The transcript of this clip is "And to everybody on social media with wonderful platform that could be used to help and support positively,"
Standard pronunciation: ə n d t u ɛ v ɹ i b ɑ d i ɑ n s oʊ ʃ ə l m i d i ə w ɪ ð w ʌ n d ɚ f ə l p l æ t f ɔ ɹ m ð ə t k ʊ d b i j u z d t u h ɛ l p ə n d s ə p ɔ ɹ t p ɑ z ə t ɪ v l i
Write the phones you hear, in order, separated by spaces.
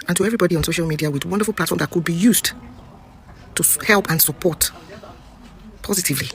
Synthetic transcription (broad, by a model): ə n t u ɛ v ɹ i b ɑ d i ɑ n s oʊ ʃ ə l m i d i ə w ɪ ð w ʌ n d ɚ f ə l p l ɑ t f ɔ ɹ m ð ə t k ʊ d b i j u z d t u h ɛ l p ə n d s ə p ɔ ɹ t p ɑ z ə t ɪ v l i